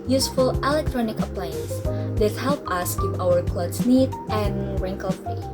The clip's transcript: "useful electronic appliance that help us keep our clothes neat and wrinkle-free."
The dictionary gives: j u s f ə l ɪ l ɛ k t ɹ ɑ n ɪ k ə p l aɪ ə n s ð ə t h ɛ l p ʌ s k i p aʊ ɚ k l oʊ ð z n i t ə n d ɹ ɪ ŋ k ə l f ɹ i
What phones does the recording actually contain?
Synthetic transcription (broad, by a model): j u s f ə l ɪ l ɛ k t ɹ ɑ n ɪ k ə p l aɪ ə n s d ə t h ɛ l p ʌ s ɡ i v aʊ ɚ k l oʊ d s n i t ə n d ɹ ɪ ŋ k ə l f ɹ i